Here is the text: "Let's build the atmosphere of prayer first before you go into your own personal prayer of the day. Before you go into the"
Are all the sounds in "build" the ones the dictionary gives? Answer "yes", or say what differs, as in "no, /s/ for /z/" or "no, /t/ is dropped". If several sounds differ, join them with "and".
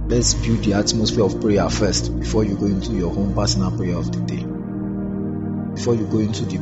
no, /l/ is dropped